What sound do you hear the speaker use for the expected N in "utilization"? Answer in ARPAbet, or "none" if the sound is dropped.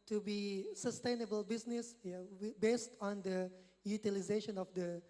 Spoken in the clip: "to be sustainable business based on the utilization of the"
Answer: N